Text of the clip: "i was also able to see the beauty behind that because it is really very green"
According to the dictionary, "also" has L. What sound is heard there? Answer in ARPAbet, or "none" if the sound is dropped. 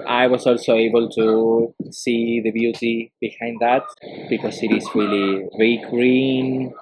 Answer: L